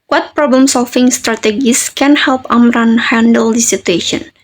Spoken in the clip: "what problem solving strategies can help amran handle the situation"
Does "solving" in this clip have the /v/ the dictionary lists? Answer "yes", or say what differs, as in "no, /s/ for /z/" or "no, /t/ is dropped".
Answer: no, /f/ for /v/